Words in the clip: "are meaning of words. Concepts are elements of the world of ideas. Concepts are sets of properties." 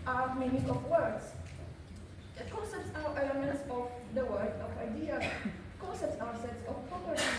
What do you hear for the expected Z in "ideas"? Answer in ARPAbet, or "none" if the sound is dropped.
none